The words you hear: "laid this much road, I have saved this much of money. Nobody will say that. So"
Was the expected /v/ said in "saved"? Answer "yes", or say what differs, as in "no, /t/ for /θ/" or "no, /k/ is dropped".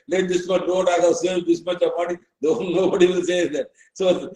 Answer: no, /v/ is dropped